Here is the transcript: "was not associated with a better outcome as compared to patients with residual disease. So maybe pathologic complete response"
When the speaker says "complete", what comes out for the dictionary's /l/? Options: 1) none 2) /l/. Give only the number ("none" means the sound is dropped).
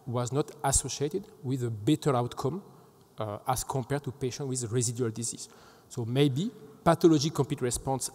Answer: 1